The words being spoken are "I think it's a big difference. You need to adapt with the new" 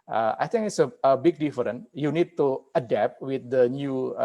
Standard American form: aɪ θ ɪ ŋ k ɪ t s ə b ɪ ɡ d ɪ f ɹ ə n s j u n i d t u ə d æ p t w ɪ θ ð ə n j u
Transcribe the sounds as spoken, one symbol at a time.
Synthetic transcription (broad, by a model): aɪ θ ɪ ŋ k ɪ t s ə b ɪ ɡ d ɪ f ɹ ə n j u n i d t u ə d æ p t w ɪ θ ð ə n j u